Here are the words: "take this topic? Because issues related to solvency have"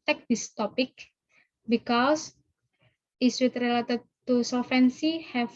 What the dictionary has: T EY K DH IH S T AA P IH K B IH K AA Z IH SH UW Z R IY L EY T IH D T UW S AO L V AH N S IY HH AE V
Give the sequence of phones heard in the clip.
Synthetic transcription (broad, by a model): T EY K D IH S T AA P IH K B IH K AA S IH S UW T R IY L EY T IH D T UW S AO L F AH N S IY HH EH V